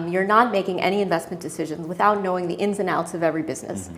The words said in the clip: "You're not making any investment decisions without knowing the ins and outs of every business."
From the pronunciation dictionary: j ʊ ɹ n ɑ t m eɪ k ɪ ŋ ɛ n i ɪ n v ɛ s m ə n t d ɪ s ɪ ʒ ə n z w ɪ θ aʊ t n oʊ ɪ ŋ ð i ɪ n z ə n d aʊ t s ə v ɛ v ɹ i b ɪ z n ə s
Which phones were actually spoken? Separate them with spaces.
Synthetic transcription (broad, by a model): j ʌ ɹ n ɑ t m eɪ k ɪ ŋ ɛ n i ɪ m v ɛ s m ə n d ɪ s ɪ ʒ ə n z w ɪ θ aʊ t n oʊ ɪ ŋ ð i ɪ n z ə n aʊ t s ə v ɛ v ɹ i b ɪ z n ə s